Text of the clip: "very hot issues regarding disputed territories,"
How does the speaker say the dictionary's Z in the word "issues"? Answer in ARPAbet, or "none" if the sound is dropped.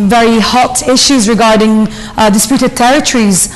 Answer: Z